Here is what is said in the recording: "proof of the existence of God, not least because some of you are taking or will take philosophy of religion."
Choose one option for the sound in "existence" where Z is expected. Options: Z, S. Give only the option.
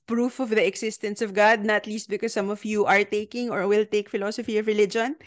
S